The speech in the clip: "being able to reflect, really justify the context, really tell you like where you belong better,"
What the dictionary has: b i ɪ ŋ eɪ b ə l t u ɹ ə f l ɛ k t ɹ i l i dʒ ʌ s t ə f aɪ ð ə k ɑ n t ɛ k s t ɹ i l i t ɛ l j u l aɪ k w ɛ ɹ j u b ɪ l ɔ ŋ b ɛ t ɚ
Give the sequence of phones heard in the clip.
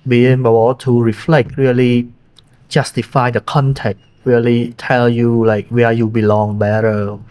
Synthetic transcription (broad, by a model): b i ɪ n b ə w t u ɹ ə f l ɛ k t ɹ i l i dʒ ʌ s t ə f aɪ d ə k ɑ n t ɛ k t ɹ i l i t ɛ l j u l aɪ k w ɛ j u b ɪ l ɔ ŋ b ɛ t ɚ